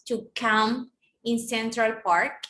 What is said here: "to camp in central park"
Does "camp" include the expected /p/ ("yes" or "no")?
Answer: no